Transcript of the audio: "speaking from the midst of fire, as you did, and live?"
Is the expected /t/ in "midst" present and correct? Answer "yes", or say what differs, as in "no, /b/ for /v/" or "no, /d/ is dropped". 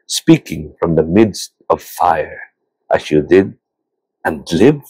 yes